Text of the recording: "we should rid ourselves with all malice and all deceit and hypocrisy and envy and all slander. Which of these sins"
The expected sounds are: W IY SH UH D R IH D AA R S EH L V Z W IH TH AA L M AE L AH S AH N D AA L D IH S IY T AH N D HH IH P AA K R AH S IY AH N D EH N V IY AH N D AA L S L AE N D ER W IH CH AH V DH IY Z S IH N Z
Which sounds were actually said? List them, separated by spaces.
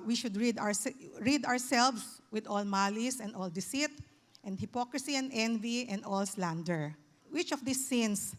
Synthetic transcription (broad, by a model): W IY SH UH D R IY D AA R S EH L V S W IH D AA L M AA L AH S AH N D AA L D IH S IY T AH N D HH IH P AA K R AH S IY AH N D EH N V IY AH N D AA L S L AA N D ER W IH CH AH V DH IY S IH N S